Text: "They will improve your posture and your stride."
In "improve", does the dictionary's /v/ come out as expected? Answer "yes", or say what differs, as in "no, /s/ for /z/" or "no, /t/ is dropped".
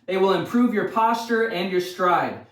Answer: yes